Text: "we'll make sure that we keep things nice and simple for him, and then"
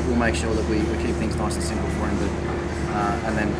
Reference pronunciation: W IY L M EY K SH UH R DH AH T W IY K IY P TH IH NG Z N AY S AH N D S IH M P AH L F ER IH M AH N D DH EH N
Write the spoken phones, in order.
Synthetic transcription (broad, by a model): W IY L M EY K SH UH R DH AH T W IY K IY P TH IH NG Z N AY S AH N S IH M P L F ER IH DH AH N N DH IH N